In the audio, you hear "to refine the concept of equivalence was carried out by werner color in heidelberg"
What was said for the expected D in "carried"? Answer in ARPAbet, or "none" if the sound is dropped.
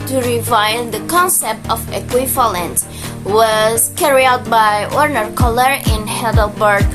none